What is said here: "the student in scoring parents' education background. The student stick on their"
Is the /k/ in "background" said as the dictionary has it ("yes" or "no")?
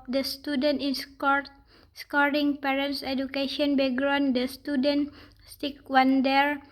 no